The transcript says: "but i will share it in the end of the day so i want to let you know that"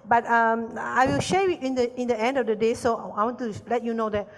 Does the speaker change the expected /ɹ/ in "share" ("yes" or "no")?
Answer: yes